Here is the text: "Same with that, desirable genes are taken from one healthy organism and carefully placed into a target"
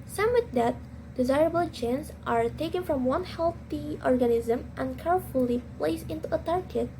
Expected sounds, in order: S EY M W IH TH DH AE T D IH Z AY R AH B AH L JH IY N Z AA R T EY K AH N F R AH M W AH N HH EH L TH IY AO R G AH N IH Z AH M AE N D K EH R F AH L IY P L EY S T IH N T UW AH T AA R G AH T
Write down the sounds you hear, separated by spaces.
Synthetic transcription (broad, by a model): S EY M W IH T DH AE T D IH Z AY R AH B AH L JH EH N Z AA R T EY K AH N F R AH M W AH N HH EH L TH IY AO R G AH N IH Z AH M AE N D K EH R F AH L IY P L EY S IH N T UW AH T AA R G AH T